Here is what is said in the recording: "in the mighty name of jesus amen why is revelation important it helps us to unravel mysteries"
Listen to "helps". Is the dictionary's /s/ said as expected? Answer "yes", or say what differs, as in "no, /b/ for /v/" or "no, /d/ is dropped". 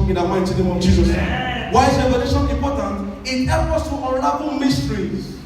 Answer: no, /s/ is dropped